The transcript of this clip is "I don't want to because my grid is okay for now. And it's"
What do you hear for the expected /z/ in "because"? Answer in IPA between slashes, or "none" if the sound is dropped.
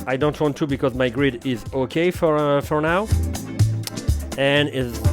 /z/